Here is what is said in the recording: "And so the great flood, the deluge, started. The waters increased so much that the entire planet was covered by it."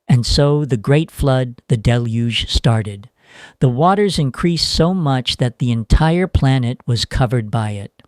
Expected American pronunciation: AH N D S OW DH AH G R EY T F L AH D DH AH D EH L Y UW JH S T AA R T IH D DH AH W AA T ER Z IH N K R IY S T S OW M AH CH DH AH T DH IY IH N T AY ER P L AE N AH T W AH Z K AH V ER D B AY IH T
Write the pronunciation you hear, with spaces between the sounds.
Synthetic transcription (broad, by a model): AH N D S OW DH AH G R EY T F L AH D DH AH D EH L Y UW ZH S T AA R T IH D DH AH W AA T ER Z IH N K R IY S T S OW M AH CH DH AH T DH IY IH N T AY ER P L AE N AH T W AH Z K AH V ER D B AY IH T